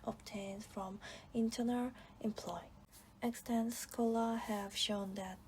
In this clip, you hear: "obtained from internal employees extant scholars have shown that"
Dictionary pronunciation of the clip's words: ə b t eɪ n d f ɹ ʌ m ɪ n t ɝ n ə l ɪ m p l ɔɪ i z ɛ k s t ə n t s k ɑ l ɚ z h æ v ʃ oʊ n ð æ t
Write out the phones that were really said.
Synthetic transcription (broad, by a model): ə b t eɪ n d f ɹ ʌ m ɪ n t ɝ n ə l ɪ m p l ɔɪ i ɛ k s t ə n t s k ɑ l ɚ h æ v ʃ oʊ n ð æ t